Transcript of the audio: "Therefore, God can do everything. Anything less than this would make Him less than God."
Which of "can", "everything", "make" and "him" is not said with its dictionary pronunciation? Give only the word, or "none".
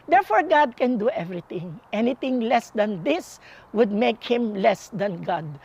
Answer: everything